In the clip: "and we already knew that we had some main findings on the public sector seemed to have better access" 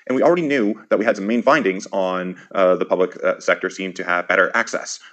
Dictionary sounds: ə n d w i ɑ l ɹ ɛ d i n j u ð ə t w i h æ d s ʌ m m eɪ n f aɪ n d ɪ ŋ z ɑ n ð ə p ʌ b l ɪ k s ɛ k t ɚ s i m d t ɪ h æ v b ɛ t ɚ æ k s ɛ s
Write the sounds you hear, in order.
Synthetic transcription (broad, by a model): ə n w i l ɹ ɛ d i n j u ð ə t w i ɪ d s ʌ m m eɪ n f aɪ n d ɪ ŋ z n ð ə p ʌ b l ɪ k s ɛ k t ɚ s i m t ɪ v b ɛ t ɚ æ k s ɛ s